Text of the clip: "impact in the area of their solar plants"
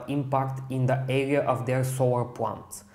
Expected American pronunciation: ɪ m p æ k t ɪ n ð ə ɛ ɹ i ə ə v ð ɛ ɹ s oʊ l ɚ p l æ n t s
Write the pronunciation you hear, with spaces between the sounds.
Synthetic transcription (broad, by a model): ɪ m p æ k t ɪ n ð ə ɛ ɹ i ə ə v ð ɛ ɹ s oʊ w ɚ p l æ n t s